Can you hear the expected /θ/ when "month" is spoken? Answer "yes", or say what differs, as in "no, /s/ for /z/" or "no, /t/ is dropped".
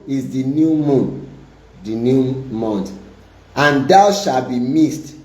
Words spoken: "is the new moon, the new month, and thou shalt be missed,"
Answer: no, /t/ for /θ/